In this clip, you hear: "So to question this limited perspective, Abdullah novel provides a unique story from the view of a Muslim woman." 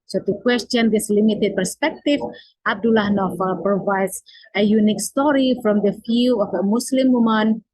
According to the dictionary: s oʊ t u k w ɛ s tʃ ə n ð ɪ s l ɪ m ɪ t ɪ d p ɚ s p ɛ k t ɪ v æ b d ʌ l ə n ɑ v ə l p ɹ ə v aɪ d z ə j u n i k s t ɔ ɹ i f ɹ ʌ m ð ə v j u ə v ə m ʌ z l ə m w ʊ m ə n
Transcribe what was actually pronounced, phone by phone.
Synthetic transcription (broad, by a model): s oʊ t u k w ɛ s tʃ ə n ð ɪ s l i m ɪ t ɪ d p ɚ s p ɛ k t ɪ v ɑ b d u l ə n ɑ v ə p ɹ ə v aɪ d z ə j u n i k s t ɔ ɹ i f ɹ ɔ m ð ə f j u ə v ə m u s l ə m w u m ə n